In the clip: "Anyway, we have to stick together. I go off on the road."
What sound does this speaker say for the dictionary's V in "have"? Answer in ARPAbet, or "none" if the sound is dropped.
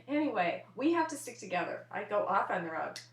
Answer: F